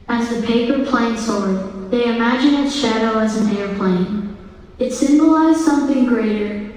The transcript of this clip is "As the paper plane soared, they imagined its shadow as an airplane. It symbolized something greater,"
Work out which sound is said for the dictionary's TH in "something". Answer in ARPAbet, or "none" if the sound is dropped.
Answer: TH